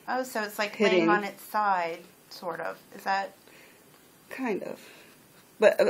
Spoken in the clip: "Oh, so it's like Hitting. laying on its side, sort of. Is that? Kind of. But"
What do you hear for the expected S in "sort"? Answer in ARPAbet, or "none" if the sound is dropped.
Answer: S